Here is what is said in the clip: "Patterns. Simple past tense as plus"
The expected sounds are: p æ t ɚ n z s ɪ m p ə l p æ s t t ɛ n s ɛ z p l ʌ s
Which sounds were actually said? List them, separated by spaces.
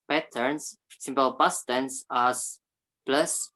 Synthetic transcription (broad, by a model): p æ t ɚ n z s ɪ m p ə l b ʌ s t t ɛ n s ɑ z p l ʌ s